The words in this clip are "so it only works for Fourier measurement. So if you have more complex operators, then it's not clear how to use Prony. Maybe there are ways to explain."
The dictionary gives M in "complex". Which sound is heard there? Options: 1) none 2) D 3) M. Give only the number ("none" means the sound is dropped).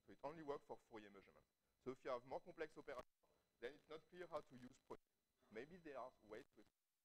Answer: 1